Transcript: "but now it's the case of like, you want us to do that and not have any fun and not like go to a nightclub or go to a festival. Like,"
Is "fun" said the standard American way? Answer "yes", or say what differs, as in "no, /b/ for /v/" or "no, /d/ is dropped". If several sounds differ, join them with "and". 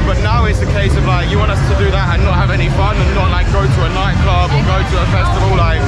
no, /n/ is dropped